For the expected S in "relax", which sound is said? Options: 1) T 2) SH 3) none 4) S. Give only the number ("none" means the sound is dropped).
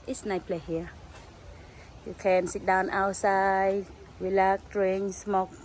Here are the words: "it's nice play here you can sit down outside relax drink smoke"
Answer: 3